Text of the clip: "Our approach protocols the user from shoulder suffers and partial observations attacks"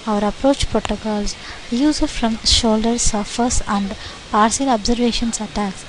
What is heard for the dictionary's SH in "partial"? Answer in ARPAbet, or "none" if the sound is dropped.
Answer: S